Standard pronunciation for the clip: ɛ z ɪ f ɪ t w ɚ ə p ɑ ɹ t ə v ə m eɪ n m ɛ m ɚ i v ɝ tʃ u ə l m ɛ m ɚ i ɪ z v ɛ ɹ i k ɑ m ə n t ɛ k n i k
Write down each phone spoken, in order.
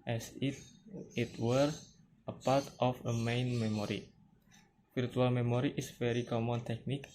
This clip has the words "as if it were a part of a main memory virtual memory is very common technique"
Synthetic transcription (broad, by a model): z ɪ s ɪ t w ɚ ə p ɑ ɹ t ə f ə m eɪ n m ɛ m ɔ i f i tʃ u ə l m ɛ m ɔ i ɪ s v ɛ ɹ i k ɑ m ə n t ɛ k n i k